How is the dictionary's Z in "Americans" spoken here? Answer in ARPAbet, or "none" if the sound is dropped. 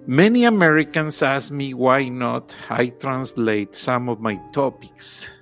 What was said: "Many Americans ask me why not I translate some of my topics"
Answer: S